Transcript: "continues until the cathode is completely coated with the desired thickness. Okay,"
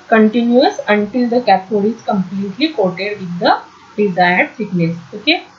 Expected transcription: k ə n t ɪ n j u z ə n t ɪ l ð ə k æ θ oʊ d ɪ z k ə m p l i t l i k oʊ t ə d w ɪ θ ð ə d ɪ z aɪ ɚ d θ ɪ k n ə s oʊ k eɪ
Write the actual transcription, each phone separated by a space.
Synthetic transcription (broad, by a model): k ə n t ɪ n j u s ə n t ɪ l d ə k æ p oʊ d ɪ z k ə m p l i t l i k oʊ t ə d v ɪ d ə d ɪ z aɪ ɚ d s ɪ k n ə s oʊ k eɪ